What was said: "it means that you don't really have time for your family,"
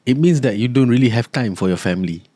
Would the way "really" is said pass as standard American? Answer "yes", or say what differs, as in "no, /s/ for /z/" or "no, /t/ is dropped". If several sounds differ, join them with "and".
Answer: yes